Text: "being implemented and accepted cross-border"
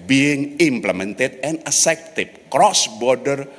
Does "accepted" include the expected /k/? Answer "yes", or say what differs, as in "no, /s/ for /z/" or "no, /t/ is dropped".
no, /k/ is dropped